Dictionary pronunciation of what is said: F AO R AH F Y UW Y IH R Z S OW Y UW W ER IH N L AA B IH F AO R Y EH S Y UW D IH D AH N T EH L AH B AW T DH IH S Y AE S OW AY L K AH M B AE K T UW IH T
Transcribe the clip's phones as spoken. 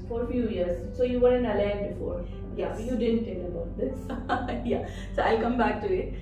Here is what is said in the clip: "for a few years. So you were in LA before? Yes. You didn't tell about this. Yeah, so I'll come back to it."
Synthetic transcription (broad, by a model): F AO R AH F Y UW Y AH R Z S OW Y UW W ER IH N L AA B IH F AO R Y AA Y UW D IH D AH N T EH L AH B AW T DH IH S Y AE S OW AY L K AH M B AE K T UW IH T